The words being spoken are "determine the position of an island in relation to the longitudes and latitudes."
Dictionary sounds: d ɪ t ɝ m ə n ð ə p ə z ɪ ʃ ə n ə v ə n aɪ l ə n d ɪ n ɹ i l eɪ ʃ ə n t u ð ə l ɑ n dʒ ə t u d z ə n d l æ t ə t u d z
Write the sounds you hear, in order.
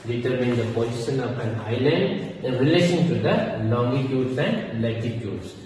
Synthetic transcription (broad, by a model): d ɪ t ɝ m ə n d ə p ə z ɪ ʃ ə n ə p ə n aɪ l ə n d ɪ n ɹ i l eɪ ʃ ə n t u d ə l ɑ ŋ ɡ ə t u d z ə n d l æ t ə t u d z